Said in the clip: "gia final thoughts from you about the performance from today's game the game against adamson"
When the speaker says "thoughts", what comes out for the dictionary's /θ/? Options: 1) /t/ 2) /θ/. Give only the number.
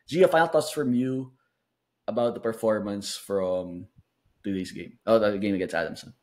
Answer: 1